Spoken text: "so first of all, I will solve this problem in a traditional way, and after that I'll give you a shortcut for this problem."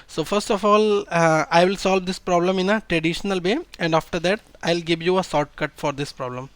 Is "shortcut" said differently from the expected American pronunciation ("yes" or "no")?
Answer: yes